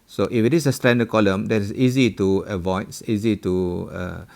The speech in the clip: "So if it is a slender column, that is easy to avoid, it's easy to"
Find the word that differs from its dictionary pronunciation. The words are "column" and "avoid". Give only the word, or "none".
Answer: avoid